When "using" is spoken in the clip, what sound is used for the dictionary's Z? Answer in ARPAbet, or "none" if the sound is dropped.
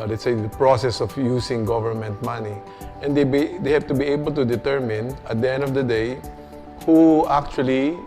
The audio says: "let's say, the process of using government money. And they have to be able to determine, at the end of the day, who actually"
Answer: S